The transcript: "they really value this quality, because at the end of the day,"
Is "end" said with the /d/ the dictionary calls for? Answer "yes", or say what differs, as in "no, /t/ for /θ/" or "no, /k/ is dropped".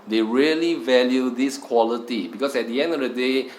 yes